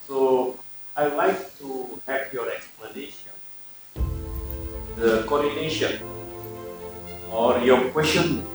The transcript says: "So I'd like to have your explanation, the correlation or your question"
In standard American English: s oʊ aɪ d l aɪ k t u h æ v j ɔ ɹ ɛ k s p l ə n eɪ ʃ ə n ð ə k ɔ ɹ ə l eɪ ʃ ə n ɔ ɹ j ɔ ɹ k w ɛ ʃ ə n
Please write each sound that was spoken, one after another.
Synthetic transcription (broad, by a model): s oʊ aɪ l aɪ k t u h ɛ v j ɔ ɹ ɛ k s p l ə n eɪ ʃ ə n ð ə k ɔ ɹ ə n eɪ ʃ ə n ɔ ɹ j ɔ k w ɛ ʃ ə n